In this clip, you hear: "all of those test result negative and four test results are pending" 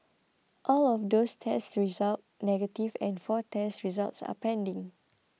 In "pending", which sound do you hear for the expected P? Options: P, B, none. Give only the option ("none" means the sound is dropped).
P